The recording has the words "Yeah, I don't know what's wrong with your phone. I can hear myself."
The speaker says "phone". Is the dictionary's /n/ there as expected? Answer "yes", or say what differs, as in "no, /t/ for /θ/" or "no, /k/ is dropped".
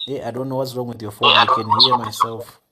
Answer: no, /n/ is dropped